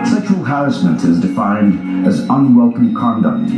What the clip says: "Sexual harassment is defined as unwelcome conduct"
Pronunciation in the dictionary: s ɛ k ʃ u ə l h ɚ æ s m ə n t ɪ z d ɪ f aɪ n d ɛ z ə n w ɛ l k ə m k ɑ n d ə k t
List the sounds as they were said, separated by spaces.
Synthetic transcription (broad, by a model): s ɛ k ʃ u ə l h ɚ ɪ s m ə n t ɪ z d ɪ f aɪ n d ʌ z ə n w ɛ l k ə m k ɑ n d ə k t